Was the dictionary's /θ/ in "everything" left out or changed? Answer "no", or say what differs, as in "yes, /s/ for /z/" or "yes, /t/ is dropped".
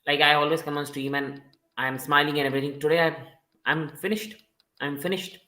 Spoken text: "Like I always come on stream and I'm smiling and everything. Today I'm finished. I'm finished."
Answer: yes, /t/ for /θ/